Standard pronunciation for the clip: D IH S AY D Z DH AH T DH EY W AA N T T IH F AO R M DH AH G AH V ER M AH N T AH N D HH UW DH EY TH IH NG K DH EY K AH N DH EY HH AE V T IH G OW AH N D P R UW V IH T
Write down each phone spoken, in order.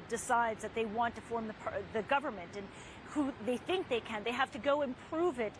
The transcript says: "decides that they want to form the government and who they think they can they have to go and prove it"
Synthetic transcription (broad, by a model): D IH S AY D Z DH AH T DH EY W AA N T T IH F AO R M DH AH G AH V ER M AH N T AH N HH UW DH EY TH IH NG K DH EY K AH N DH EY HH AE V T IH G OW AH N P R UW V IH T